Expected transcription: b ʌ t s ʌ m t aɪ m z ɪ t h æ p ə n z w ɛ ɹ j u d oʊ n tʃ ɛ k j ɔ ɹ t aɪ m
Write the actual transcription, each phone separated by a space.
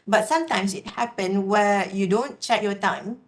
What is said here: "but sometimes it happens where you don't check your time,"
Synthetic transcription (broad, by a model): b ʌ t s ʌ m t aɪ m s ɪ t h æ p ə n w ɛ j u d oʊ n tʃ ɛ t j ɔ t aɪ m